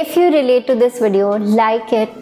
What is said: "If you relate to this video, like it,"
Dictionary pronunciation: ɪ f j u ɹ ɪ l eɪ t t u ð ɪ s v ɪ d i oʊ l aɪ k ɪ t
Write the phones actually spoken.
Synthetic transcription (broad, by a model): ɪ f j u ɹ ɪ l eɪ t t u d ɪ s v ɪ d i oʊ l aɪ k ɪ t